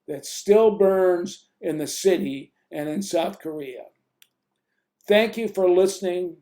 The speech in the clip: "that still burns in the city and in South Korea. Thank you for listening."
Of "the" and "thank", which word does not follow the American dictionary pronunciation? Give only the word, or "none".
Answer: none